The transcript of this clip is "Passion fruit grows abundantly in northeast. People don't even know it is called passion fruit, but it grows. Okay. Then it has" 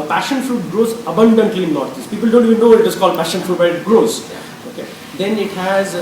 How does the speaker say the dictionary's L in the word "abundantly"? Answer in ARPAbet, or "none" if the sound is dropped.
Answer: L